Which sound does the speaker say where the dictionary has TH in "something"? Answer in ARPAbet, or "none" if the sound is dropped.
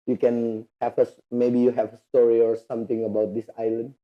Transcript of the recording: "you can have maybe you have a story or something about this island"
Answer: T